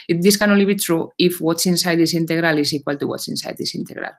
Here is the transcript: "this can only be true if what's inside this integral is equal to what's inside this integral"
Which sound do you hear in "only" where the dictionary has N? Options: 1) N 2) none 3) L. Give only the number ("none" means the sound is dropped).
2